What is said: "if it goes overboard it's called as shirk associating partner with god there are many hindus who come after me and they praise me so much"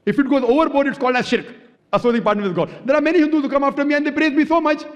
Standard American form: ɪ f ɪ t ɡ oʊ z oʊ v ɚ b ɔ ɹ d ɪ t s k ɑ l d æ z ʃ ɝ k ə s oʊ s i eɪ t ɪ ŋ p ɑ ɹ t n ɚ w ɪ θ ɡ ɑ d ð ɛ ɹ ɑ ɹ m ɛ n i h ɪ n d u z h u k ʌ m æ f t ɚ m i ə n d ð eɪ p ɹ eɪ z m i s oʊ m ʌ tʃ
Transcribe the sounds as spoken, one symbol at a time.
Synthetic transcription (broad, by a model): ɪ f ɪ t ɡ oʊ z oʊ v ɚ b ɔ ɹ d ɪ t s k ɑ l d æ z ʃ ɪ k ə s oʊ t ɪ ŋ p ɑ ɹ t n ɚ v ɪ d ɡ ɑ d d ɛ ɹ ɑ ɹ m ɛ n i h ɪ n d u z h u k ʌ m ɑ f t ɚ m i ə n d eɪ p ɹ eɪ z m i s oʊ m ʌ tʃ